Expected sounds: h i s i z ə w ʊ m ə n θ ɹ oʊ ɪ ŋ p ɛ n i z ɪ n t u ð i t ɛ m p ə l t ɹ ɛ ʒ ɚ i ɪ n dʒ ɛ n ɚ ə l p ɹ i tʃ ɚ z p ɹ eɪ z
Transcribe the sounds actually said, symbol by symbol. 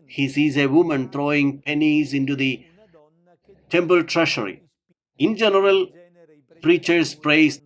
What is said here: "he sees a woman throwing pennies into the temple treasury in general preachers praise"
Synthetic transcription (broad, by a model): h i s i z ə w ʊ m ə n t ɹ oʊ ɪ ŋ p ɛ n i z ɪ n t u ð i t ɛ m p ə l t ɹ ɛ ʃ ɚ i ɪ n dʒ ɛ n ɚ ə l p ɹ i tʃ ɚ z p ɹ eɪ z